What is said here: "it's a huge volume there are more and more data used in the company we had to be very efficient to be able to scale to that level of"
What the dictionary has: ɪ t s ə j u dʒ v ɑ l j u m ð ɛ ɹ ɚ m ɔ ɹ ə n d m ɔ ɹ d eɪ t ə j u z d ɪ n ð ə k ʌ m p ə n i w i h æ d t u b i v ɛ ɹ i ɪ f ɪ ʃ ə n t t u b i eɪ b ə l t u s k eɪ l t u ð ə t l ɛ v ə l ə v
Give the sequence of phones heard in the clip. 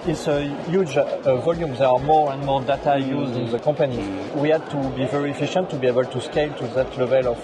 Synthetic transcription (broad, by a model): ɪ t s ə j u dʒ v ɑ l j u m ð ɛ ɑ m ɔ ɹ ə n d m ɔ ɹ d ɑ t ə j u z d ɪ n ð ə k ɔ p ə n i w i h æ d t u b i v ɛ ɹ i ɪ f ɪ ʃ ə n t t u b i eɪ b ə l t u s k eɪ l t u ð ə t l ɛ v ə l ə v